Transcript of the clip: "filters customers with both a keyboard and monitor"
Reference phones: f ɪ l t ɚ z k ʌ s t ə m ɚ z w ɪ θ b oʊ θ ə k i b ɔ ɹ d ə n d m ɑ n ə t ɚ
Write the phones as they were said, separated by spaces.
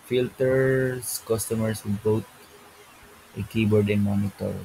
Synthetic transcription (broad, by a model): f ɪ l t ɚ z k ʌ s t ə m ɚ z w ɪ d b oʊ t ə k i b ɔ ɹ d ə n m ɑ n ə t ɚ